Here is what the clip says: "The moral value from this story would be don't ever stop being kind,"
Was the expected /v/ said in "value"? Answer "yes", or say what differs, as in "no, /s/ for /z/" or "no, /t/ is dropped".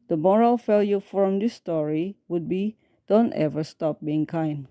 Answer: no, /f/ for /v/